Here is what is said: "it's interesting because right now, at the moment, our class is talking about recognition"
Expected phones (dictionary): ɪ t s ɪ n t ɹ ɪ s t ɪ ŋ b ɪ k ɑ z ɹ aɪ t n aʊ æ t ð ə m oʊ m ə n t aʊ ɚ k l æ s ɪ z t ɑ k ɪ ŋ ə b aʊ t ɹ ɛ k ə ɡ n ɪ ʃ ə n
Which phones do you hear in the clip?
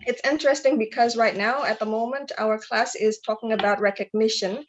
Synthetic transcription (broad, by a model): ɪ t s ɪ n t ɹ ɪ s t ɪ ŋ b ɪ k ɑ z ɹ aɪ t n aʊ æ t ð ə m oʊ m ə n t aʊ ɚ k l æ s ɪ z t ɑ k ɪ ŋ ə b aʊ t ɹ ɛ k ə ɡ n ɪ ʃ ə n